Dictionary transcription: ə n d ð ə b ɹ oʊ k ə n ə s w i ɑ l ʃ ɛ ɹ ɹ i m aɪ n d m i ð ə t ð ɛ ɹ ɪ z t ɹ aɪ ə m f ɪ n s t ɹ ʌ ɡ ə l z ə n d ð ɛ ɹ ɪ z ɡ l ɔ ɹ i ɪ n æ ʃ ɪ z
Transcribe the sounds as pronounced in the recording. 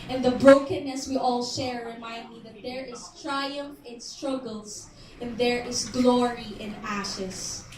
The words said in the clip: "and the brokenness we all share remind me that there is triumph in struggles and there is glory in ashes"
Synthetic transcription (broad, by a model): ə n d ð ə b ɹ oʊ k ə n ə s w i ɑ l ʃ ɛ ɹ ɹ i m aɪ n d m i ð ə t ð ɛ ɹ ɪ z t ɹ aɪ ə m f ɪ n s t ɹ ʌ ɡ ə l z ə n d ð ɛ ɹ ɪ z ɡ l ɔ ɹ i ɪ n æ ʃ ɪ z